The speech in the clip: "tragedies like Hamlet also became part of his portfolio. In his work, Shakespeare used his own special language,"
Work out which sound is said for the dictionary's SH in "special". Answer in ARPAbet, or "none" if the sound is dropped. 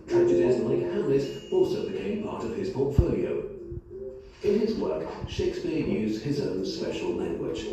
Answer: SH